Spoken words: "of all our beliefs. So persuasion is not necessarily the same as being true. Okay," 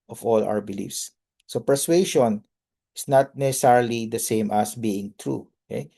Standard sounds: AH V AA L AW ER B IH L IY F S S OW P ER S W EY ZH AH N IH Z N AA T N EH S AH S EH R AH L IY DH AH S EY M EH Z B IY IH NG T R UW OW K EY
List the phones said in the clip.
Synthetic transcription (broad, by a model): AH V AA L AW ER B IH L IY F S S OW P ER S W EY SH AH N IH S N AA T N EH S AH S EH R L IY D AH S EY M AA S B IY IH NG T R UW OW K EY